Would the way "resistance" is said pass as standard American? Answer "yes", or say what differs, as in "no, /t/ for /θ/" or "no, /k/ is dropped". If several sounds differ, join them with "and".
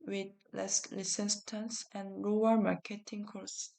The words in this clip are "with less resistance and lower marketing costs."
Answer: no, /l/ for /ɹ/ and /s/ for /z/